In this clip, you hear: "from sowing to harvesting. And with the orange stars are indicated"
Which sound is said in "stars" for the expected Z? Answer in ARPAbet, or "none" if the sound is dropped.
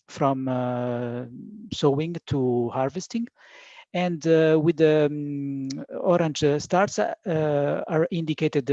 S